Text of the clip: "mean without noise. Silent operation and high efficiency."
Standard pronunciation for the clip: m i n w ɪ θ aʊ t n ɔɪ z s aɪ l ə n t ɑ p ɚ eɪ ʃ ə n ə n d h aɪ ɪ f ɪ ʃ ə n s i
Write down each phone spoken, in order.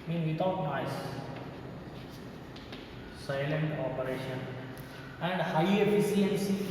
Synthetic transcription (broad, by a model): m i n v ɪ t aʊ t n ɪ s s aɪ l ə n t ɑ p ɚ eɪ ʃ ə n ə n d h aɪ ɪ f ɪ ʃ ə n s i